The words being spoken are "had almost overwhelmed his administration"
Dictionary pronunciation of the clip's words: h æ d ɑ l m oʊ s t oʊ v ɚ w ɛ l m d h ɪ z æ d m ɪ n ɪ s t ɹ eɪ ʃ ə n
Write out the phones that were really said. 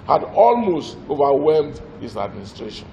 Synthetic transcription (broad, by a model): h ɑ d ɑ l m oʊ s t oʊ v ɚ w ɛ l m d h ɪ s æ d m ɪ n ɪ s t ɹ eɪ ʃ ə n